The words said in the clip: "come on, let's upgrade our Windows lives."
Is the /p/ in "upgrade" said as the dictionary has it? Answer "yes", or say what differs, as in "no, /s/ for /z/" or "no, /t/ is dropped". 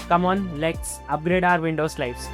yes